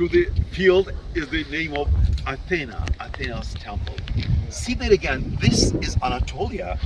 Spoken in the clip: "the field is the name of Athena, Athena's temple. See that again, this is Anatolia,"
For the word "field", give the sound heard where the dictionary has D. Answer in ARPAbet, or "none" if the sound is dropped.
D